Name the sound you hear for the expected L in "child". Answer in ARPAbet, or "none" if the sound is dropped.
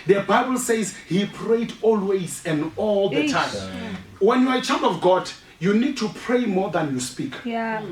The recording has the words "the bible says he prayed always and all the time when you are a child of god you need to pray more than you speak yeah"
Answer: none